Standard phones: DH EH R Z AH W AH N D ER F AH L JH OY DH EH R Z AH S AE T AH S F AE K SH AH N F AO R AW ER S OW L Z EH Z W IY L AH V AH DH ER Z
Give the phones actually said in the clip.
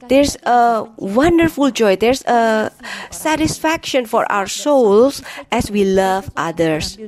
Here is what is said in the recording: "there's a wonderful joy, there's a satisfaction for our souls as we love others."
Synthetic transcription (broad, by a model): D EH R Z AH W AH N D ER F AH L JH OY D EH R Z AH S AE T AH S F AE K SH AH N F AO R AW ER S OW L S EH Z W IY L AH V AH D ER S